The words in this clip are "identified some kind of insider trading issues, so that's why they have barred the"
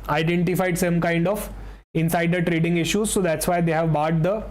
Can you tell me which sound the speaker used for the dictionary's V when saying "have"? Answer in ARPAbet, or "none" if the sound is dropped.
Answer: V